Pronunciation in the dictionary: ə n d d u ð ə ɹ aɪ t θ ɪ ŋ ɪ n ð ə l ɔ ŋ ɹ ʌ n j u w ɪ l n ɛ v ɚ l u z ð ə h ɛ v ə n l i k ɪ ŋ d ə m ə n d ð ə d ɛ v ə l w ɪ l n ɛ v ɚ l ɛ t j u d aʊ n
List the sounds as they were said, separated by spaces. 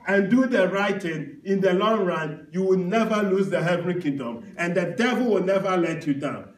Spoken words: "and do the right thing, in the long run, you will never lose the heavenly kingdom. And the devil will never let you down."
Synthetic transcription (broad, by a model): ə n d d u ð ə ɹ aɪ t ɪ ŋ ɪ n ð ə l ɔ ŋ ɹ ʌ n j u w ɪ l n ɛ v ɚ l u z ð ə h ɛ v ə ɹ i k ɪ ŋ d ə m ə n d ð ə d ɛ v ə l w ɪ l n ɛ v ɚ l ɛ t j u d aʊ n